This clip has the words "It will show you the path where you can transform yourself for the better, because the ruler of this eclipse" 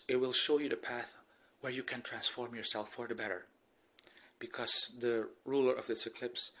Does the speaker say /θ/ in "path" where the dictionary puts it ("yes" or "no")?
yes